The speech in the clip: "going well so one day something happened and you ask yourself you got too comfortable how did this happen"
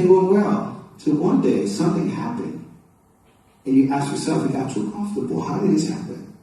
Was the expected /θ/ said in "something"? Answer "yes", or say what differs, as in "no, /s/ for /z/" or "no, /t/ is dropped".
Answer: yes